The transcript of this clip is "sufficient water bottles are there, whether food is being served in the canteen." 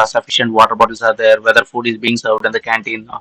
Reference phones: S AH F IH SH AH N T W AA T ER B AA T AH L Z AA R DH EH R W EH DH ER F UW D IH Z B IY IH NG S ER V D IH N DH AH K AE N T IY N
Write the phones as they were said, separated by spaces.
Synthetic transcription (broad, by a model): S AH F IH SH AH N T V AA T ER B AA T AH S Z AA R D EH R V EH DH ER F UW D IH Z B IY IH NG S ER V D IH N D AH K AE N T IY N